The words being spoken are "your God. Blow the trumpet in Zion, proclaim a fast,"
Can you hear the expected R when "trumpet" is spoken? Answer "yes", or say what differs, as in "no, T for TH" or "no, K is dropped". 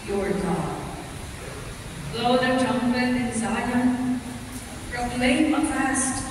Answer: no, R is dropped